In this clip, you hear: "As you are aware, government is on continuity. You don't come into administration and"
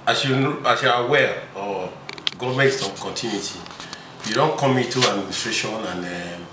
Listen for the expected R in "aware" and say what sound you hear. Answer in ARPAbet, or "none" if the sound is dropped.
L